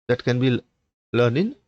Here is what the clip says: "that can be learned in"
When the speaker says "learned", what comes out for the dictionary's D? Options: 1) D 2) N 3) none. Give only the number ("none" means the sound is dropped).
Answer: 3